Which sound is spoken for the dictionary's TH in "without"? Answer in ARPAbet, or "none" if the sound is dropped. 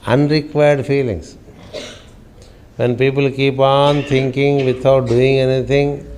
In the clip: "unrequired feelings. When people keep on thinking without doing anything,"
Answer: T